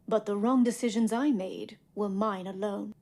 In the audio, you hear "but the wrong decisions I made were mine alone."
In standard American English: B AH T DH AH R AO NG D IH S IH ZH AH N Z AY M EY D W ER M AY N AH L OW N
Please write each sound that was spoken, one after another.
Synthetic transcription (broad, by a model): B AH T DH AH R AO NG D IH S IH ZH AH N Z AY M EY D W ER M AY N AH L OW N